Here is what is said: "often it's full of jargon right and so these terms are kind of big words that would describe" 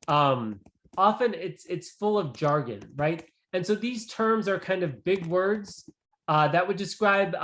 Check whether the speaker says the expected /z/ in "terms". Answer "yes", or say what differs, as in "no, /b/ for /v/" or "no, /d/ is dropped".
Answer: yes